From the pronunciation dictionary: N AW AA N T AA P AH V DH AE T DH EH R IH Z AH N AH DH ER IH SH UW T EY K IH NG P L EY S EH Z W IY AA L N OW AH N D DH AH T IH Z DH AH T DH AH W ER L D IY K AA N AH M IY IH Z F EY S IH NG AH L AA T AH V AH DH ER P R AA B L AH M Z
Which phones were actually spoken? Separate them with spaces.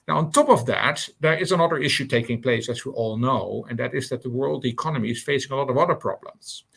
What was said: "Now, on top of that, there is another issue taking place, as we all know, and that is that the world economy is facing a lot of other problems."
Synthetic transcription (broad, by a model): N AW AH N T AA P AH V DH AE T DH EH R IH Z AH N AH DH ER IH SH UW T EY K IH NG P L EY S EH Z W IY AA L N OW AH N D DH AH T IH Z DH AH T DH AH W ER L D IY K AA N AH M IY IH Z F EY S IH NG AH L AA T AH V AH DH ER P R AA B L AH M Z